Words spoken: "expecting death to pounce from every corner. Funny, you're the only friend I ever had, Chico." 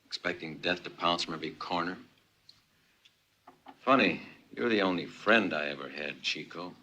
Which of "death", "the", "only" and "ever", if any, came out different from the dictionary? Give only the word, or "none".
none